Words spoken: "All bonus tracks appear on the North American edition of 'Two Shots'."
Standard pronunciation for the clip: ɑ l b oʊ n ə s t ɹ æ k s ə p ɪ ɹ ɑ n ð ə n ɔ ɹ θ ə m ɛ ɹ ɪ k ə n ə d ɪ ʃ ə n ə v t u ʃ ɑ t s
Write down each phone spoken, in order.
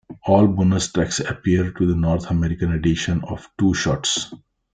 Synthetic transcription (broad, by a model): ɑ l b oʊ n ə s t ɹ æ k s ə p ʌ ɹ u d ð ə n ɔ ɹ t ə m ɛ ɹ ɪ k ə n ə d ɪ ʃ ə n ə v t u ʃ ɑ t s